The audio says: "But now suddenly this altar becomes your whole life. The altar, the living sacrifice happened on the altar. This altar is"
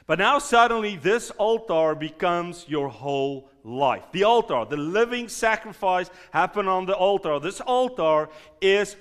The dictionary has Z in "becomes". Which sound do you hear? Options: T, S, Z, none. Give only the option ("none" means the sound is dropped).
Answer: Z